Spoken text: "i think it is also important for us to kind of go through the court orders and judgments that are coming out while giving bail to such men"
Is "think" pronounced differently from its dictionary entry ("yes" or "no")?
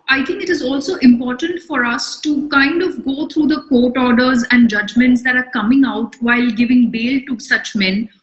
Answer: yes